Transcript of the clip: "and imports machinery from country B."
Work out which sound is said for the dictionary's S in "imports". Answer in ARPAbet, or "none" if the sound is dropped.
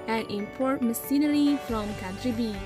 none